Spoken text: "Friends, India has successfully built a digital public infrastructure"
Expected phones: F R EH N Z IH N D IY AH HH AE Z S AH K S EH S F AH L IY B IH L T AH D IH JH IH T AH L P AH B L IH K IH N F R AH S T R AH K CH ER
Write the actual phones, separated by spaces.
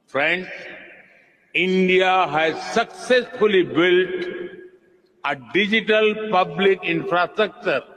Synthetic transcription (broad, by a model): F R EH N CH IH N D IY AH HH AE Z S AH K S EH S F AH L IY B IH L T AH D IH JH IH T AH L P AH B L IH K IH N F R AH S T R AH K CH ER